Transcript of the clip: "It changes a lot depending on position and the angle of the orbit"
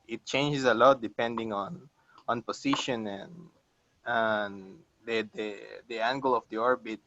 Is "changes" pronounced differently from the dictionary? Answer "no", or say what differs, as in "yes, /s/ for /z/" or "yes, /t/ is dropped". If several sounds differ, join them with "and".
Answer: yes, /s/ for /z/